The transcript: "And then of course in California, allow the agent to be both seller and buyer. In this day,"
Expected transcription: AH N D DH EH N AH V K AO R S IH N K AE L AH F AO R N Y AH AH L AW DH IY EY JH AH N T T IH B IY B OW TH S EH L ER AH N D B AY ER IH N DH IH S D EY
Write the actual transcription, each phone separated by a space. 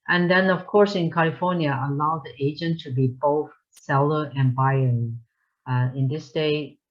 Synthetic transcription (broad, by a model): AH N DH EH N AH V K AO R S IH N K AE L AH F AO R N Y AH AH L AW DH IY EY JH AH N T T IH B IY B OW TH S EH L ER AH N B AY ER IH N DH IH S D EY